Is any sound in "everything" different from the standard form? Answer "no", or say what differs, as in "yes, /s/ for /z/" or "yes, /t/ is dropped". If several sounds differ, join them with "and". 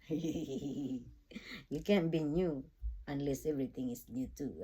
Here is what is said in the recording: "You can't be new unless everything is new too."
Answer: yes, /t/ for /θ/